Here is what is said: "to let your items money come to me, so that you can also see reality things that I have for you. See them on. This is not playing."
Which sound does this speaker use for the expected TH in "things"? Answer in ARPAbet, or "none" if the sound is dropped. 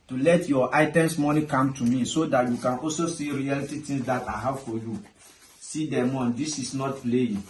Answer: T